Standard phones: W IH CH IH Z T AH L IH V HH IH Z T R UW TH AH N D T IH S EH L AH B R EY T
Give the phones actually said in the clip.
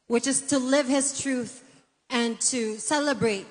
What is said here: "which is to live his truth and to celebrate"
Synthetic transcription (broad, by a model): W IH CH IH Z T AH L IH V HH IH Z T R UW TH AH N T IH S EH L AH B R EY T